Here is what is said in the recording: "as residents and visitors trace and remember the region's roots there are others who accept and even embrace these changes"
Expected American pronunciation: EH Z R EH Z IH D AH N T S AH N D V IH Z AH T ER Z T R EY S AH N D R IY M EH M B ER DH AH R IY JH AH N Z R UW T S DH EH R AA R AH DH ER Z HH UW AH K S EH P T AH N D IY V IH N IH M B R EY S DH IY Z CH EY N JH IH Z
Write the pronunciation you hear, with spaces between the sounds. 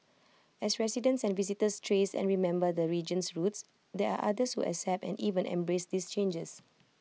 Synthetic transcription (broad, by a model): EH S R EH S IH D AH N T S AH N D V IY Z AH T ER S T R EY S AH N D R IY M EH M B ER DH AH R IY JH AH N S R UW T S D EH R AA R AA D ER S HH UW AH S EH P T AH N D IY V IH N IH M B R EY S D IY S CH EY N JH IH S